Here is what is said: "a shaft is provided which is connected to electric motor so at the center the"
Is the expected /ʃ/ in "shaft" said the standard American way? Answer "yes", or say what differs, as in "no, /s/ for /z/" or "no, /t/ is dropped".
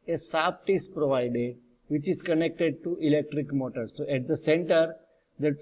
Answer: no, /s/ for /ʃ/